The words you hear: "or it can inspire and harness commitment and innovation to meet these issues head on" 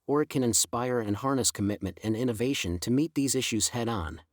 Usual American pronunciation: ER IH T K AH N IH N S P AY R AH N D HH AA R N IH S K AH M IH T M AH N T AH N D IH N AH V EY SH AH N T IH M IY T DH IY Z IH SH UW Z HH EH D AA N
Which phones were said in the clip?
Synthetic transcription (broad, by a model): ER IH T K AH N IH N S P AY R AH N HH AA R N IH S K AH M IH T M AH N T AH N IH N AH V EY SH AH N T IH M IY T DH IY Z IH SH UW Z HH EH D N